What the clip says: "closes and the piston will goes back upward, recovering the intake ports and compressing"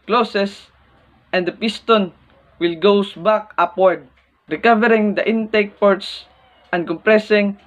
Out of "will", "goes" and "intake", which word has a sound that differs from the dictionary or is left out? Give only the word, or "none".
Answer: goes